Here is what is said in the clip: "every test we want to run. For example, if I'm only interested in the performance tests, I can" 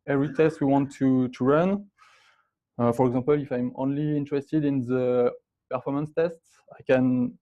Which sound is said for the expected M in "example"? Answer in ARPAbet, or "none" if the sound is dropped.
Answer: none